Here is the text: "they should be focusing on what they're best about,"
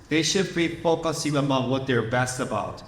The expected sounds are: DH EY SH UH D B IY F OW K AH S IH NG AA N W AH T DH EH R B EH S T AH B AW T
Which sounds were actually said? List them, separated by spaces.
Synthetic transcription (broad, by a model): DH EY SH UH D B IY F OW K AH S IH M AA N W AH T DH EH R B EH S T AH B AW T